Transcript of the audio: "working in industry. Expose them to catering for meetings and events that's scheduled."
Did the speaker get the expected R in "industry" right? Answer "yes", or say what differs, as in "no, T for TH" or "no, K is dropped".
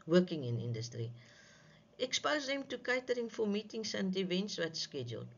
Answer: yes